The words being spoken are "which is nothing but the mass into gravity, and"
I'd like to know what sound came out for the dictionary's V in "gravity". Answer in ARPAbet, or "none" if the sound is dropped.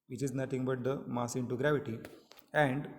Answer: V